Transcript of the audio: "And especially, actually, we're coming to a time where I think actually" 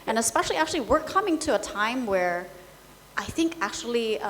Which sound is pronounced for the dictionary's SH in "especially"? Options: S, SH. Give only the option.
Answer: SH